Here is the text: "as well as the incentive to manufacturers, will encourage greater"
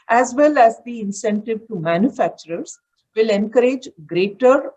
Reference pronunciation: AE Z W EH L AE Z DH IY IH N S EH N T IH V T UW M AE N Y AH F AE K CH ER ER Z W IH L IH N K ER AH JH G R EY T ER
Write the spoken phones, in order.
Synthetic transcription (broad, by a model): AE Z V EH L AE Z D IY IH N S EH N T IH V T UW M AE N Y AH F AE K CH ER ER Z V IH L IH N K ER AH JH G R EY T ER